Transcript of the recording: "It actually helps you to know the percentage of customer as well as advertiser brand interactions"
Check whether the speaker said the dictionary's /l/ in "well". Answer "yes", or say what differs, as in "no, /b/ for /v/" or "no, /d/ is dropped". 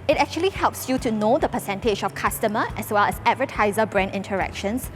yes